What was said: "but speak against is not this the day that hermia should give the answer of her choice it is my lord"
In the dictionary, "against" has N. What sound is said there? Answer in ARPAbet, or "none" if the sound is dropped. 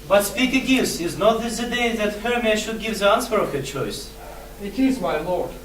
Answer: none